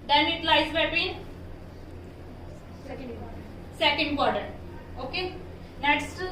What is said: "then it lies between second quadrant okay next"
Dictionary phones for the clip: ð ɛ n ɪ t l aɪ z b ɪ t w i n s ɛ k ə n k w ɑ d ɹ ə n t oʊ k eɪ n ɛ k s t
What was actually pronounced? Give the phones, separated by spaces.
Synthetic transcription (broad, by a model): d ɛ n ɪ t l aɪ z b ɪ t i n s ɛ k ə n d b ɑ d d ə t oʊ k eɪ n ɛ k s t